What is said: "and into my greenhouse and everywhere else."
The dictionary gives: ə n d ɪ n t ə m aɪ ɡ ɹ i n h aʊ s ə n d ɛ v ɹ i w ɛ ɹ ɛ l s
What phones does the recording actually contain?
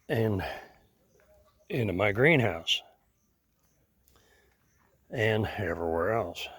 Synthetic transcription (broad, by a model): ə n ɪ n t ə m aɪ ɡ ɹ i n h aʊ s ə n ɛ v ɹ i w ɛ ɹ ɛ l s